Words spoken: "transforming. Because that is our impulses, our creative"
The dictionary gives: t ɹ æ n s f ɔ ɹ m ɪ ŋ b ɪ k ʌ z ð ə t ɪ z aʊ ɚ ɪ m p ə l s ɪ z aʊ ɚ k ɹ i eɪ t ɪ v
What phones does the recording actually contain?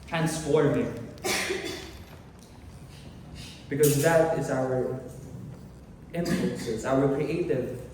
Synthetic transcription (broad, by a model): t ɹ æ n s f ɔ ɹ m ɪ b ɪ k ʌ z ð ə t ɪ z aʊ ɚ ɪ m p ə n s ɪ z aʊ ɚ k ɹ i eɪ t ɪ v